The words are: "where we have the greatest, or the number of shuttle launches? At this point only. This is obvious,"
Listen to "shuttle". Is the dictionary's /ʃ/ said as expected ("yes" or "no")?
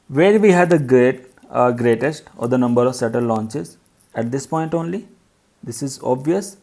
no